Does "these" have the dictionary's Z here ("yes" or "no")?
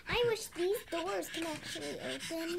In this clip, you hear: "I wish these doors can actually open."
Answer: yes